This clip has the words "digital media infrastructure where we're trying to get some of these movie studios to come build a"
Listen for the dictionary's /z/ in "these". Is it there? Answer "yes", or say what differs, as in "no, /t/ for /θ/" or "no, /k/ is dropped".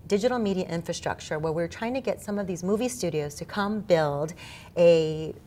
yes